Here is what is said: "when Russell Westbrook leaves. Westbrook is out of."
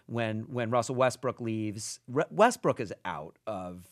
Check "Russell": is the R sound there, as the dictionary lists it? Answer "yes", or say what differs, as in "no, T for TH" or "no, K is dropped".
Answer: no, W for R